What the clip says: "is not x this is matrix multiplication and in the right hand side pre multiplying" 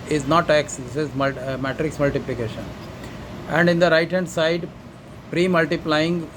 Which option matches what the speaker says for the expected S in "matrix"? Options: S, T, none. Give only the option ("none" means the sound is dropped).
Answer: S